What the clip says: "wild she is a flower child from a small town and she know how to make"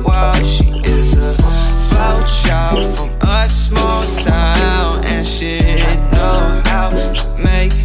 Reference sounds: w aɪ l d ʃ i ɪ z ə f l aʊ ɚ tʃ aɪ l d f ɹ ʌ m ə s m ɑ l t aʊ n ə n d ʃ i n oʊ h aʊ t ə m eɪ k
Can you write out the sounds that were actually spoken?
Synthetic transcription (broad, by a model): w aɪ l ʃ i ɪ z ə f aʊ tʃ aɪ l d f ɹ ʌ m ə s m ɑ l t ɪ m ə n ʃ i n oʊ h aʊ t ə m eɪ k